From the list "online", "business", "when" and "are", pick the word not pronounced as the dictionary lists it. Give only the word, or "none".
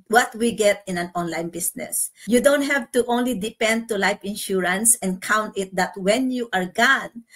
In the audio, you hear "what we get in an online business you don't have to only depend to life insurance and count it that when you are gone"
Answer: business